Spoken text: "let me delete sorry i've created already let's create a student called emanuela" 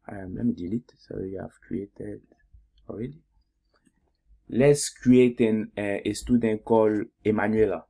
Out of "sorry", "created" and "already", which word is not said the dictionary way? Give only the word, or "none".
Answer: sorry